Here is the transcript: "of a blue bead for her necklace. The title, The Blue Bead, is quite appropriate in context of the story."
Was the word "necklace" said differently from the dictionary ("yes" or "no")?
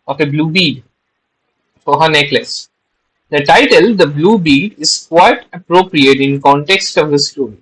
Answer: no